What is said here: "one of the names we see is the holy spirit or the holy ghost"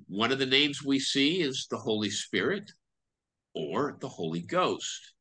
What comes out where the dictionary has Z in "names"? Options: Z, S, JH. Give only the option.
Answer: Z